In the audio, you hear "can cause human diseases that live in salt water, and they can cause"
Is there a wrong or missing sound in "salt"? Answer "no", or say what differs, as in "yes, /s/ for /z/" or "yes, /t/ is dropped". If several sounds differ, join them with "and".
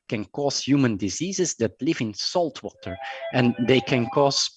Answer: no